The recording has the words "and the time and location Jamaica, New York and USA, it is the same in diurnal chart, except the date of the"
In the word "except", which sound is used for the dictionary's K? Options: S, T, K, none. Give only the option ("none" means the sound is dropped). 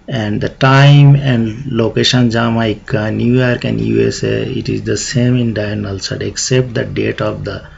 K